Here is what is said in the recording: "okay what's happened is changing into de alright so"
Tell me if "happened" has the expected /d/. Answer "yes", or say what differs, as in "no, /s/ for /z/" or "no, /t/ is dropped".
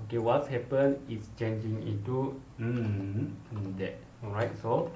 no, /d/ is dropped